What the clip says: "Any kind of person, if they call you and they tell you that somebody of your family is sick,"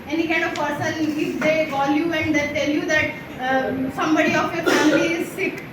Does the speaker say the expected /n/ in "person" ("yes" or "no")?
no